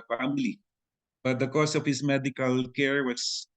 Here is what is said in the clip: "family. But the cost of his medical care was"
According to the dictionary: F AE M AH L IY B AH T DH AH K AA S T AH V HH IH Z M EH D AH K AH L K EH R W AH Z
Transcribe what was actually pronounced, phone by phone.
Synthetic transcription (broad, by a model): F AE M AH L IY B AH T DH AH K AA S AH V HH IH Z M EH D AH K AH L K EH R W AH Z